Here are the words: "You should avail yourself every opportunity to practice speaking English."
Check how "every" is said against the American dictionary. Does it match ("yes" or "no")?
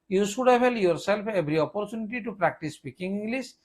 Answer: no